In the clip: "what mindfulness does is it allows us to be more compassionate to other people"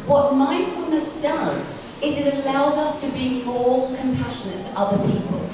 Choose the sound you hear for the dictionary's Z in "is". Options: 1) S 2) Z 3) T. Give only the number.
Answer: 2